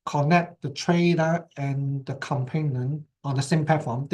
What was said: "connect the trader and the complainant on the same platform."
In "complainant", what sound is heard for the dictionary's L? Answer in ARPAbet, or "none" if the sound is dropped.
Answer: none